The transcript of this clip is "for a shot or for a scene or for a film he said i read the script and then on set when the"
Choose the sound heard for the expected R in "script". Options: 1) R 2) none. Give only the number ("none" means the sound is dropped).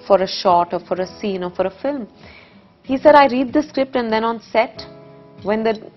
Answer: 1